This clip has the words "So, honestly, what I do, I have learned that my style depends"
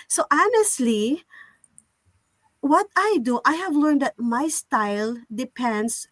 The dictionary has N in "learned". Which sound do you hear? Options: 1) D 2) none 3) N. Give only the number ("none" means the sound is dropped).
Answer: 3